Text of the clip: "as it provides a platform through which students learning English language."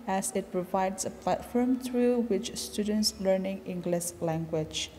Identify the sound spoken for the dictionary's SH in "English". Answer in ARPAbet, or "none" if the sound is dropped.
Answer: S